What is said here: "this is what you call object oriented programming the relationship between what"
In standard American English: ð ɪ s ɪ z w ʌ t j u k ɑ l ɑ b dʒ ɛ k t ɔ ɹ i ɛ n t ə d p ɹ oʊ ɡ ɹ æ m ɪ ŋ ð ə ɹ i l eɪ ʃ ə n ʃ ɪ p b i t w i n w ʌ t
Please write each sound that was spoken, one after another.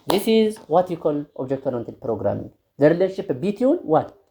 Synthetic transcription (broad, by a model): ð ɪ s ɪ z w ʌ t j u k ɑ l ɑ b dʒ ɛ k t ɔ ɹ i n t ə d p ɹ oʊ ɡ ɹ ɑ m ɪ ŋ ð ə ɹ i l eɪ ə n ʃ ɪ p b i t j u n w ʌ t